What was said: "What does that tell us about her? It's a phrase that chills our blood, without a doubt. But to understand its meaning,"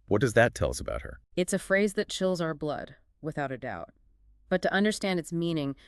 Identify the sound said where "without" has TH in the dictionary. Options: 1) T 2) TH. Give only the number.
2